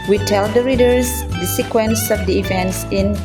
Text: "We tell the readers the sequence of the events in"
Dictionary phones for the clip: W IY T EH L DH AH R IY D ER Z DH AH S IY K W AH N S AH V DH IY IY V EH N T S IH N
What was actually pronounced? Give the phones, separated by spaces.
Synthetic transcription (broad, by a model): W IY T EH L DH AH R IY D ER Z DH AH S IY K W AH N S AH V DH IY IY V EH N T S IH N